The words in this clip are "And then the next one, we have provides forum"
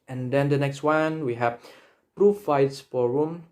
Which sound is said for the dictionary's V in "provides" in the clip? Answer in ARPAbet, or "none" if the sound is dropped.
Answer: F